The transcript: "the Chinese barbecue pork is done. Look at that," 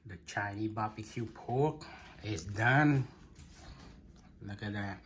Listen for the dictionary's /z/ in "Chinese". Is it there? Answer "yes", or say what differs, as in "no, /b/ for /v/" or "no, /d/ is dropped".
no, /z/ is dropped